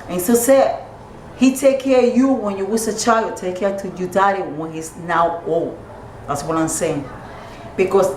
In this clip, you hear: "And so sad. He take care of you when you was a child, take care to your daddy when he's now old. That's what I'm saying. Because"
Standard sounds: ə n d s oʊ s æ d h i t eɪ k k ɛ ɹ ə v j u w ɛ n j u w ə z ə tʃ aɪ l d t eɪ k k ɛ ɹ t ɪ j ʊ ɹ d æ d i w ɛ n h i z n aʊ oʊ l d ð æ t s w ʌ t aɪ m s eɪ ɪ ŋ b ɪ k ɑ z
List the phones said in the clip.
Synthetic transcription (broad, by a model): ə n s oʊ s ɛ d h i t eɪ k k ɛ ɹ j u w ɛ n j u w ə s ə tʃ aɪ l d t eɪ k k ɛ ɹ t ɪ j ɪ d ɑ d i w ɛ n h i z n aʊ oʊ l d ð æ t s w ʌ t aɪ m s eɪ ɪ ŋ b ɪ k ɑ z